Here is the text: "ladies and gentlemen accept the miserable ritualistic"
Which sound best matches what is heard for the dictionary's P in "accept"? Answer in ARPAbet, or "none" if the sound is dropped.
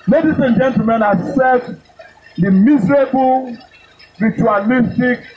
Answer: none